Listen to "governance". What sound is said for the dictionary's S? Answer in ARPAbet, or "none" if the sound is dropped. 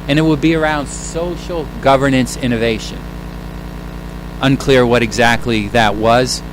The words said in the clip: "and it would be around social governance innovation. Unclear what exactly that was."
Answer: S